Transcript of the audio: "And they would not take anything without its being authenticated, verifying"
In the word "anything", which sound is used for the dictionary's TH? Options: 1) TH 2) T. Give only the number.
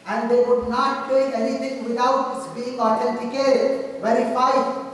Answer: 2